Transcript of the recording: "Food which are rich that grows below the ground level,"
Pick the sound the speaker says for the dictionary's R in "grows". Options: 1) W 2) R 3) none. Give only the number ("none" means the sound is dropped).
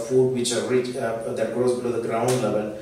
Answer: 3